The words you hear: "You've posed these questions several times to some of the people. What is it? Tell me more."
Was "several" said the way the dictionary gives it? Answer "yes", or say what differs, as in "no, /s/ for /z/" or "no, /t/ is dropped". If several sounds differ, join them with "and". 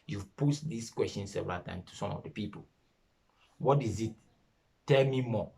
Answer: no, /ɹ/ is dropped